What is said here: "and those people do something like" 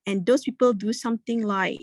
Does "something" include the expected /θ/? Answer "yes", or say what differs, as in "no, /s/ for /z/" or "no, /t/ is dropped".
no, /t/ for /θ/